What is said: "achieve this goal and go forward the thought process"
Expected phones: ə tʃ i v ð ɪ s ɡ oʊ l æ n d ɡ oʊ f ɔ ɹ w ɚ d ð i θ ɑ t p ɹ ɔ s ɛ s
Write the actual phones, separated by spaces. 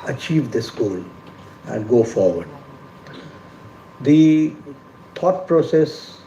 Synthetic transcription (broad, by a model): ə tʃ i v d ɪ s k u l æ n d ɡ oʊ f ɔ ɹ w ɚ d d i t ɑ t p ɹ ɔ s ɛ s